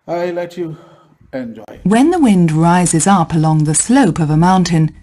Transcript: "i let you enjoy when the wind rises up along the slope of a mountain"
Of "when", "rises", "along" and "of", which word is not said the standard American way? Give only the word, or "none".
none